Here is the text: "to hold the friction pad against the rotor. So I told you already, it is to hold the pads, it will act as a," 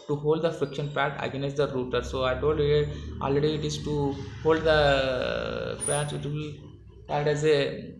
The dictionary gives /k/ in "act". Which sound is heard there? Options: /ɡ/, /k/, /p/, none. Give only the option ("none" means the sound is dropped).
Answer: none